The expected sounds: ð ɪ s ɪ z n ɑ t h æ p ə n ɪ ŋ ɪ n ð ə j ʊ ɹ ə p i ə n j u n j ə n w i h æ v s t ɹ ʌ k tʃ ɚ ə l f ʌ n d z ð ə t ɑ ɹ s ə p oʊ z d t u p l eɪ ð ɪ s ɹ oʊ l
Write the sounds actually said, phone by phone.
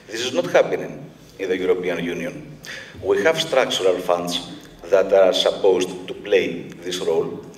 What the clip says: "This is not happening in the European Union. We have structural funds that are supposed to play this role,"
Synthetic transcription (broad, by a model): ð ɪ s ɪ z n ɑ t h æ p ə n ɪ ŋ ɪ n ð ə j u ɹ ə p i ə n j u n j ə n w i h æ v s t ɹ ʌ k tʃ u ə l f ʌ n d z ð ə t ɑ ɹ s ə p oʊ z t t u p l eɪ ð ɪ s ɹ oʊ l